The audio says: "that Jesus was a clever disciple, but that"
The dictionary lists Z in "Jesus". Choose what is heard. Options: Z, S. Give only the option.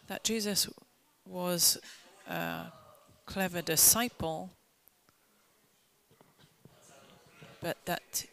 Z